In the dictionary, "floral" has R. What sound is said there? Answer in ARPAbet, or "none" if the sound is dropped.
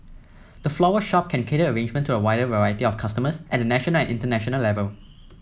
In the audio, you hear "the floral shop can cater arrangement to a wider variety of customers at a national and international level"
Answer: W